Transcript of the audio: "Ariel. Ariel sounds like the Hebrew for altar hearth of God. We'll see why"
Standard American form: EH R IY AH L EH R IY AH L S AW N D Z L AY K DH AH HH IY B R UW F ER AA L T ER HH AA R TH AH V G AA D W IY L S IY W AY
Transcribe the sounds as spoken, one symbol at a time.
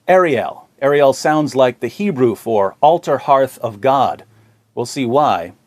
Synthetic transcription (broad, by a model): EH R IY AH L EH R IY AH L S AW N D Z L AY K DH AH HH IY B R UW F ER AA L T ER HH AA R TH AH V G AA D W IY L S IY W AY